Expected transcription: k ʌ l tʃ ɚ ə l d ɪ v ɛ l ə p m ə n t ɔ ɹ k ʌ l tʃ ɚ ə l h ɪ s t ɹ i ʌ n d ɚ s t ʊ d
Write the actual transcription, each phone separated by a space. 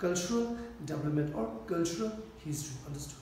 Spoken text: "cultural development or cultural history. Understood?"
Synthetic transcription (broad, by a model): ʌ l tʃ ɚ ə l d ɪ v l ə m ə n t ɔ ɹ k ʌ l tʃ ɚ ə l h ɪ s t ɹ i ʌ n d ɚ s t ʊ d